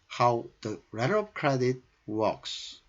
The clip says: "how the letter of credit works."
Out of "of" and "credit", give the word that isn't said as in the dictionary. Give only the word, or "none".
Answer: of